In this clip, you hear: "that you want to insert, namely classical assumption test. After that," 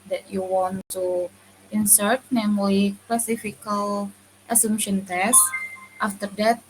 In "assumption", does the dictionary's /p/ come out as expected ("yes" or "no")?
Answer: no